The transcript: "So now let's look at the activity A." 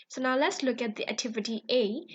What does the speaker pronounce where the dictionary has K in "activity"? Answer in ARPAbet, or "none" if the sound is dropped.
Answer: K